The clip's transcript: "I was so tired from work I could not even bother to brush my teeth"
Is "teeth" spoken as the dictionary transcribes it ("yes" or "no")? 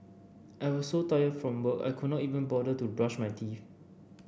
no